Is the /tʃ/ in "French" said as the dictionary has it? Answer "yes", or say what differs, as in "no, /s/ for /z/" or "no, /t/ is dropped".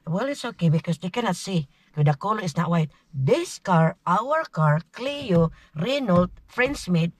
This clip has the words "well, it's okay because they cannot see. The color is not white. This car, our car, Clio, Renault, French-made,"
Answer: no, /s/ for /tʃ/